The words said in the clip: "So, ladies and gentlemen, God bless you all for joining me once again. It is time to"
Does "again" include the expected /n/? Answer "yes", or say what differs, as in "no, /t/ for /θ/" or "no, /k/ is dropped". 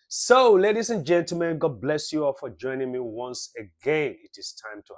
yes